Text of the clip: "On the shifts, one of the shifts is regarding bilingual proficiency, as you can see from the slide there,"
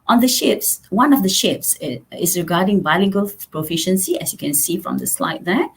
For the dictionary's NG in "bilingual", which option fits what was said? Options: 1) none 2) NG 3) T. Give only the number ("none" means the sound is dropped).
1